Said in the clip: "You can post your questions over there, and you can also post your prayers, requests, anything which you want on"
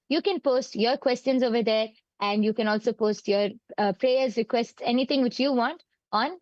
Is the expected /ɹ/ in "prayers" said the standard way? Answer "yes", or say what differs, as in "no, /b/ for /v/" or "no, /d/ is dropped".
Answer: yes